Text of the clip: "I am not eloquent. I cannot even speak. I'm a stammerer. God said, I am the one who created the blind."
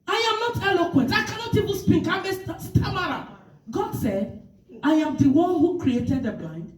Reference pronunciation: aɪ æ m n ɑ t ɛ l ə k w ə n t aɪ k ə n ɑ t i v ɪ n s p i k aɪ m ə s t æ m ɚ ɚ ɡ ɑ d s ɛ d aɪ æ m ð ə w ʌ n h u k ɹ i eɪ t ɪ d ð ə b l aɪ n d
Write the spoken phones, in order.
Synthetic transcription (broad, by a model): aɪ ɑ m n ɑ t ɛ l ə k w ə n t aɪ k ə n ɑ t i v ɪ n s p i k aɪ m ə s t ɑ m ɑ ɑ ɡ ɑ d s ɛ d aɪ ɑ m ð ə w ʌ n h u k ɹ i eɪ t ɪ d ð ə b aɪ n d